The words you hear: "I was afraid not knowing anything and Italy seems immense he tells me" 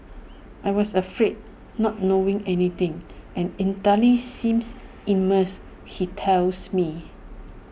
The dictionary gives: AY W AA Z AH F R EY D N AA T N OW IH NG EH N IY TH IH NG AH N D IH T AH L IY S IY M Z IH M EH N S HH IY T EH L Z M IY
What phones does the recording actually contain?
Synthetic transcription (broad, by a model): AY W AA S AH F R EY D N AA T N OW IH NG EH N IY T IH NG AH N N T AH L IY S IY M S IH M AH S HH IY T EH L S M IY